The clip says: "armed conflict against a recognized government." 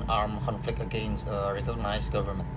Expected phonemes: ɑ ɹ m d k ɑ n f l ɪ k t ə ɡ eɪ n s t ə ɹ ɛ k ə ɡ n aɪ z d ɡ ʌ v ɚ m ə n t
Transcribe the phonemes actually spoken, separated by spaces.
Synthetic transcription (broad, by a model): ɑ ɹ m k ɑ n f l ɪ k t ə ɡ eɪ n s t ə ɹ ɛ k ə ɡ n aɪ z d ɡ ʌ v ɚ m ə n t